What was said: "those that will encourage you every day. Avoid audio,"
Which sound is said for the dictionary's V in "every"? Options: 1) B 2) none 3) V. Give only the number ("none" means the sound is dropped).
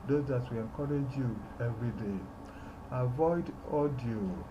3